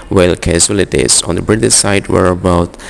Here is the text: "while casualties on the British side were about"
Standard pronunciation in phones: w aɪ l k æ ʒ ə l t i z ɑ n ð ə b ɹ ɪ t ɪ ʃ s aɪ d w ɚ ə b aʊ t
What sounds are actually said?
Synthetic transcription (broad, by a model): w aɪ l k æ s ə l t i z ɑ n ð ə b ɹ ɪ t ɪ s aɪ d w ɚ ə b aʊ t